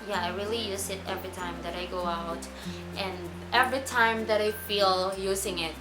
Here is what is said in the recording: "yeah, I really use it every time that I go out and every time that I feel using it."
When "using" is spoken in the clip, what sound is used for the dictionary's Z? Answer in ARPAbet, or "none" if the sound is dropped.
Z